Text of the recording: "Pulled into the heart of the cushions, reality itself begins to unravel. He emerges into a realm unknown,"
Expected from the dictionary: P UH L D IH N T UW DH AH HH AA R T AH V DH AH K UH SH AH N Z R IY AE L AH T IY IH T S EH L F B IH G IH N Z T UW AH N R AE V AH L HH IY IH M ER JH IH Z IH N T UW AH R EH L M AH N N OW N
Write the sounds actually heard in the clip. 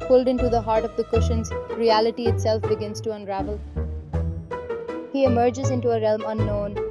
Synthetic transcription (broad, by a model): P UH L D IH N T UW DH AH HH AA R T AH V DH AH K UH SH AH N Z R IY AE L AH T IY IH T S EH L F B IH G IH N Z T UW AH N R AE V AH L HH IY IH M ER JH IH Z IH N T UW AH R EH L M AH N N OW N